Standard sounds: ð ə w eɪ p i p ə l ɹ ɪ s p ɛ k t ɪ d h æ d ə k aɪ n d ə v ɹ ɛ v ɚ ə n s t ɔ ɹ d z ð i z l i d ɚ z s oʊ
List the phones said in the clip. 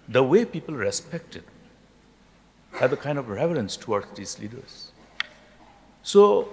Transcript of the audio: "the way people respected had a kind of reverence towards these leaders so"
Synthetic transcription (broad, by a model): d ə w eɪ p i p ə l ɹ ɪ s p ɛ k t ɪ d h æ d ə k aɪ n d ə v ɹ ɛ v ɚ ə n s t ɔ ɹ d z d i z l i d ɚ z s oʊ